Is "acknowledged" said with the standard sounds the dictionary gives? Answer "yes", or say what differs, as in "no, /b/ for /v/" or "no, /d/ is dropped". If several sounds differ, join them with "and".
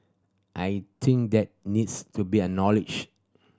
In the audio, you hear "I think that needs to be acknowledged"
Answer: no, /k/ is dropped